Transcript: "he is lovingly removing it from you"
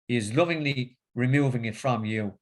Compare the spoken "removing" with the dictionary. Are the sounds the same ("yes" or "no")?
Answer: yes